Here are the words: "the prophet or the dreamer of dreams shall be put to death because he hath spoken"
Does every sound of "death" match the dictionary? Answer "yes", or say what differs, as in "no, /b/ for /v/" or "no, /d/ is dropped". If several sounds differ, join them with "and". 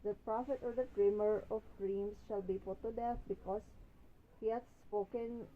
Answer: no, /f/ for /θ/